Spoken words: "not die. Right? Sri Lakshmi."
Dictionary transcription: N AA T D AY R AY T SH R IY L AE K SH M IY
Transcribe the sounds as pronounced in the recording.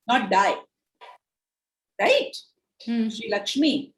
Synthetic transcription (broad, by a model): N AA T D AY R AY T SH IY L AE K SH M IY